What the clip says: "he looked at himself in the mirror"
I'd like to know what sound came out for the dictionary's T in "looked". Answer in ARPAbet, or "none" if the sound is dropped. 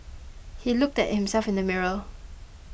T